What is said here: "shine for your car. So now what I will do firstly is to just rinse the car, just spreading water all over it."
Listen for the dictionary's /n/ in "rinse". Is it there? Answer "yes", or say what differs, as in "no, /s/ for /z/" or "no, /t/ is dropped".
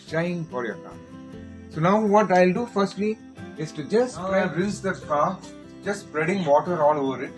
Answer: no, /n/ is dropped